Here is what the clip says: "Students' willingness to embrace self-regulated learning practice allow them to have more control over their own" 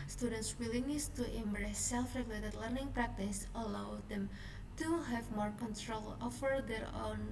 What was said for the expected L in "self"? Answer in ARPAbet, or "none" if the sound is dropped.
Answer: L